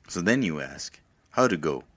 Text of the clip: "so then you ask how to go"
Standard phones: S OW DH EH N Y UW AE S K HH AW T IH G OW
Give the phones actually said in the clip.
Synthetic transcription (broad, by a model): S OW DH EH N Y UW AE S K HH AW T IH G OW